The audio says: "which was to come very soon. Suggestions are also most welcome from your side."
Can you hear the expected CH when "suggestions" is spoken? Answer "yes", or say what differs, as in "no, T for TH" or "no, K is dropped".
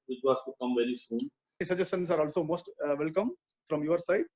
no, CH is dropped